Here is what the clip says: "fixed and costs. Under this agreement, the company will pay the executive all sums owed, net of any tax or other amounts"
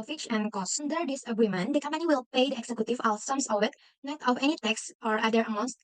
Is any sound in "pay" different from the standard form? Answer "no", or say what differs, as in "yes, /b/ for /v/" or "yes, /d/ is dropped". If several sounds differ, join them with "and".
no